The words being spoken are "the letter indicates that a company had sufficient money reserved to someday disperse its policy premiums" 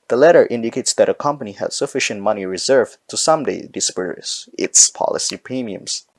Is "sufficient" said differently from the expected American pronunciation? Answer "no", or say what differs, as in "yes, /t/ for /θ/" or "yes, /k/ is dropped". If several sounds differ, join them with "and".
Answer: no